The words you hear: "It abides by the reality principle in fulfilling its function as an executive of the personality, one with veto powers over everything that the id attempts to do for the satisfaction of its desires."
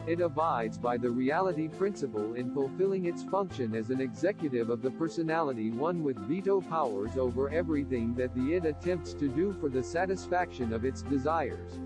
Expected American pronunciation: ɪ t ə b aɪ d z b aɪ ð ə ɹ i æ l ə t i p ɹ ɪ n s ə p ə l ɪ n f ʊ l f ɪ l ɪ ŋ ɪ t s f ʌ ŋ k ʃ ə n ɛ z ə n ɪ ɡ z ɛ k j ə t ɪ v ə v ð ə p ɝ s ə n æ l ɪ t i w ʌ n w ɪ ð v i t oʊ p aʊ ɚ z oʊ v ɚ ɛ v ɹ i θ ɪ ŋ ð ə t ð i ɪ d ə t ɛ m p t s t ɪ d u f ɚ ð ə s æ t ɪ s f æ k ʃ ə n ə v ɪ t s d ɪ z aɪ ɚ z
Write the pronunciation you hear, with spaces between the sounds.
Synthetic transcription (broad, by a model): ɪ t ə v aɪ d z b aɪ ð ə ɹ i æ l ə t i p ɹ ɪ n s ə p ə l ɪ n f ʊ l f ɪ l ɪ ŋ ɪ t s f ʌ ŋ k ʃ ə n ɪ z ə n ɪ ɡ z ɛ k j ə t ɪ v ə v ð ə p ɝ s ə n æ l ɪ t i w ʌ n w ɪ ð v i t oʊ p aʊ ɚ z oʊ v ɚ ɛ v ɹ i θ ɪ ŋ ð ə t ð i ɪ d ə t ɛ m p t s t ɪ d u f ɚ ð ə s æ t ɪ s f æ k ʃ ə n ə v ɪ t s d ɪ z aɪ ɚ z